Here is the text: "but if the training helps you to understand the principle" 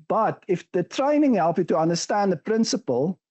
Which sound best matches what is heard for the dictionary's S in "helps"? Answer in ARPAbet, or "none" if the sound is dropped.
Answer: none